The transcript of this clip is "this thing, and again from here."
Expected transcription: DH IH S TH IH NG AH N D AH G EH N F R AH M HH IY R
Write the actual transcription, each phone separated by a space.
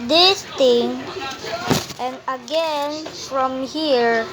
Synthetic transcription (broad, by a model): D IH S T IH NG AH N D AH G EH N F R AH M HH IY R